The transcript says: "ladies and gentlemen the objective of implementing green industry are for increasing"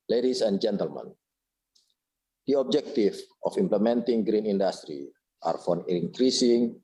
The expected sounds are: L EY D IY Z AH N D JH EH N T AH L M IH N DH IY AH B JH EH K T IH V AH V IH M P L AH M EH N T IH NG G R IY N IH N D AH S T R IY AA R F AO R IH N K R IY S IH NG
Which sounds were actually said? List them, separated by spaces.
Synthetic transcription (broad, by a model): L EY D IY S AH N JH EH N T AH L M IH N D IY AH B JH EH K T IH F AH F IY M P L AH M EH N T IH NG G R IY N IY N D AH S T R IY AA R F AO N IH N K R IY S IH NG